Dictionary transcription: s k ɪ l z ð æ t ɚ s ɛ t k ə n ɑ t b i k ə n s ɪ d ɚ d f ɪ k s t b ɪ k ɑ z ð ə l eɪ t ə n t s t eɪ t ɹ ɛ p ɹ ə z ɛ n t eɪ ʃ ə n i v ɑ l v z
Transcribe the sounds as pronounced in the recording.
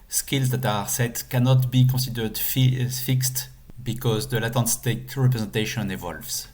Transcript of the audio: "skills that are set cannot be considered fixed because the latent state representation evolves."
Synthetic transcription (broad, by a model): s k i l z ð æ t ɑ s ɛ t k ə n ɑ t b i k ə s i d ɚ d f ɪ k s t b ɪ k ɑ z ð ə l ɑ t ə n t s t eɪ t ɹ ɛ p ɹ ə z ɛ n t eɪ ʃ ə n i v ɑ l v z